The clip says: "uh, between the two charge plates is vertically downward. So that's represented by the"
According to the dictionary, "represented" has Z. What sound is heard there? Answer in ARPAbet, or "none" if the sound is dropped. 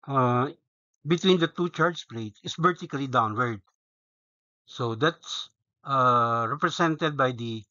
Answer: S